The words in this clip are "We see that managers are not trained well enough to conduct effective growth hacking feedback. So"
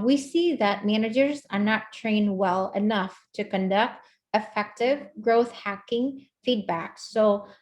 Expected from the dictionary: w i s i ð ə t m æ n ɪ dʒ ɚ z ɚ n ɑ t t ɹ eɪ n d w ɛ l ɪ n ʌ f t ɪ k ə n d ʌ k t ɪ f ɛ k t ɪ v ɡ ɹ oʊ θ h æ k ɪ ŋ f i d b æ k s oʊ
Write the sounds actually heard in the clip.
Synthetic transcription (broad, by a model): w i s i ð ə t m æ n ɪ dʒ ɚ z ɚ n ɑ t t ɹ eɪ n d w ɛ l ɪ n ʌ f t ɪ k ə n d ʌ k t ɪ f ɛ k t ɪ v ɡ ɹ oʊ θ h æ k ɪ ŋ f i d b æ k s oʊ